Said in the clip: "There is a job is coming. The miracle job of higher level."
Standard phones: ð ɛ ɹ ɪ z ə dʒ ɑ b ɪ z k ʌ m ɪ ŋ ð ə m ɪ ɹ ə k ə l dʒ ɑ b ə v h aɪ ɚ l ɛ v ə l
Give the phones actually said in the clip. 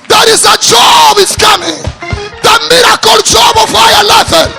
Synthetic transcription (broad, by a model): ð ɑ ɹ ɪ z ə dʒ ɑ b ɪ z k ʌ m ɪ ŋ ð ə m ɪ ɹ ə k ə l dʒ ɑ b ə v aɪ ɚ l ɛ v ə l